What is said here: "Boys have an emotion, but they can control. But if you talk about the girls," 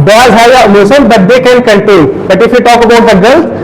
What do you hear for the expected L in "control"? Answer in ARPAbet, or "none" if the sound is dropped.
N